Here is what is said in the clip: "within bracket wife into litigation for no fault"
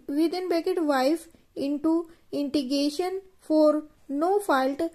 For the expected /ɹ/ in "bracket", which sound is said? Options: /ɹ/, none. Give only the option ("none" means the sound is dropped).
none